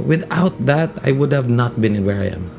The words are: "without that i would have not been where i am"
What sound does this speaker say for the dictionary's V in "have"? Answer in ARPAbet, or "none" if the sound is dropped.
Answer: V